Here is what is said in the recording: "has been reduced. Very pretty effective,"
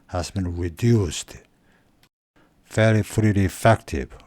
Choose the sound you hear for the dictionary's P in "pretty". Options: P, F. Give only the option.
F